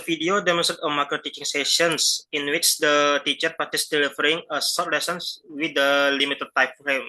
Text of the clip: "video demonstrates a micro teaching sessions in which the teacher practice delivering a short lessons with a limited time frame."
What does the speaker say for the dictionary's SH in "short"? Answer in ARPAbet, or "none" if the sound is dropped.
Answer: S